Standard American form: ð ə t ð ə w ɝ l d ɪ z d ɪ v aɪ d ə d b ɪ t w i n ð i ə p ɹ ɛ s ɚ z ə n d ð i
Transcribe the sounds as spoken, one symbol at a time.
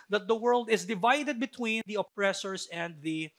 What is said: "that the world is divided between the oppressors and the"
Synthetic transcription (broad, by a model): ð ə t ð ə w ɝ l d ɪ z d ɪ v aɪ d ə d b ɪ t w i n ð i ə p ɹ ɛ s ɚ s ə n d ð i